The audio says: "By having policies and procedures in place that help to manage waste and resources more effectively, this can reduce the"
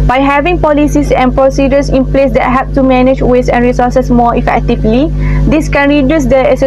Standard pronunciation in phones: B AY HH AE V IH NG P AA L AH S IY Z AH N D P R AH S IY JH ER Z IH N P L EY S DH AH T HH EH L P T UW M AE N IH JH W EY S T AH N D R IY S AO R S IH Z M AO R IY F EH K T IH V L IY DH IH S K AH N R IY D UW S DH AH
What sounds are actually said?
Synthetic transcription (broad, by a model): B AY HH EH V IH NG P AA L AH S IY S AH N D P R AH S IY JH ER S IH N P L EY S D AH T HH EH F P T UW M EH N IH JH W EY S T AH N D R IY S AO S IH S M AO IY F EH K T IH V L IY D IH S K AH N R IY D UW S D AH